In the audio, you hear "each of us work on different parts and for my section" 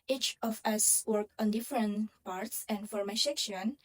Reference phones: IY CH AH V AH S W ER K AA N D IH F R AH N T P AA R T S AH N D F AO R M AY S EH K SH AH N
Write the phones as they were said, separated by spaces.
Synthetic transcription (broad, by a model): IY CH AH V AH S W ER K AA N D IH F R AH N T P AA R T S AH N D F AO R M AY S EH K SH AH N